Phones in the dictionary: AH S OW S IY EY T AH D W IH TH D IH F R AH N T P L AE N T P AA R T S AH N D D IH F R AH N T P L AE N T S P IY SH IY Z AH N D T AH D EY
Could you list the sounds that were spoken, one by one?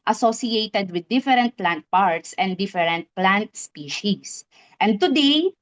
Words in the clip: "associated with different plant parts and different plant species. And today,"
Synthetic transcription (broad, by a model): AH S OW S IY EY T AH D W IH D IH F R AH N T P L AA N T P AA R T S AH N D D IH F R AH N T P L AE N T S P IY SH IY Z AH N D T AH D EY